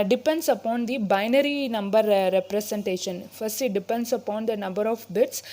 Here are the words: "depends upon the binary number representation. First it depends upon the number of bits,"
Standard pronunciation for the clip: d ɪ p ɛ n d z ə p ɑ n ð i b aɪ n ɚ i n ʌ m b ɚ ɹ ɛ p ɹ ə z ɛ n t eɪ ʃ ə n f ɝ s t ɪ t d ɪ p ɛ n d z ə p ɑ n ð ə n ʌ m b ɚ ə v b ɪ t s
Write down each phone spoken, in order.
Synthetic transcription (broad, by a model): d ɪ p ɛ n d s ə p ɑ n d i b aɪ n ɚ i n ʌ m b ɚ ɹ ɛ p ɹ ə s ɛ n t eɪ ʃ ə n f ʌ s t ɪ t d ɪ p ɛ n d s ə p ɑ n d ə n ʌ m b ɚ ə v b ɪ t s